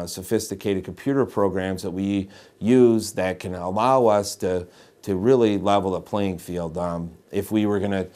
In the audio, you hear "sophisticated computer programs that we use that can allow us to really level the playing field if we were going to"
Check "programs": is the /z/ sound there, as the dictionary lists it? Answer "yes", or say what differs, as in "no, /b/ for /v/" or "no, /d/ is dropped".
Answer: yes